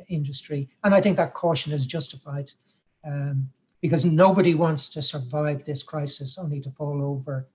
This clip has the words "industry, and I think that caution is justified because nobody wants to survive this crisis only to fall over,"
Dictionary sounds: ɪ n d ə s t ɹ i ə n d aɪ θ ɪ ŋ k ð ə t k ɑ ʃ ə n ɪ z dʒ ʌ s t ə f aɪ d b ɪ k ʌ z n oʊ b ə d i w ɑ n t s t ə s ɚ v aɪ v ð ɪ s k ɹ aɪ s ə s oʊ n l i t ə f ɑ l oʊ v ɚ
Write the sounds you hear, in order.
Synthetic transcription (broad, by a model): ɪ n d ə s t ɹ i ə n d aɪ θ ɪ ŋ k ð ə t k ɑ ʃ ə n ɪ z dʒ ʌ s t ə f aɪ d b ɪ k ʌ z n oʊ b ə d i w ɑ n t s t ə s ɚ v aɪ v ð ɪ s k ɹ aɪ s ə s oʊ n l i t ə f ɑ l oʊ v ɚ